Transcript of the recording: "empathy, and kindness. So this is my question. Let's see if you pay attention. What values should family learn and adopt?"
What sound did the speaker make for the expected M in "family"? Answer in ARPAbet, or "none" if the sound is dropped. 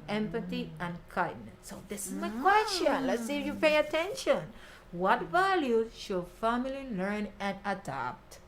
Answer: M